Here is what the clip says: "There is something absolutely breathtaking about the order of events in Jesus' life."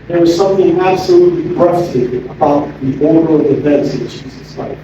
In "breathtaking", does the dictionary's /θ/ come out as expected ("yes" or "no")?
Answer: no